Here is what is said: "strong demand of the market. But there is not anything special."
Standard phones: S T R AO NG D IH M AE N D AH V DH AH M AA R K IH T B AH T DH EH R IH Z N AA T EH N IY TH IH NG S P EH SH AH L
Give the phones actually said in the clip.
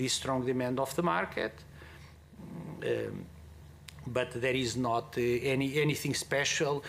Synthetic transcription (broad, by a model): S T R AO NG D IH M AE N D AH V DH AH M AA R K IH T B AH T DH EH R IH Z N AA T EH N IY TH IH NG S P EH SH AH L